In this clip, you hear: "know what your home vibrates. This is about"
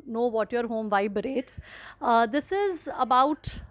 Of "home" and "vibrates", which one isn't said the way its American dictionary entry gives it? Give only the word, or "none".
none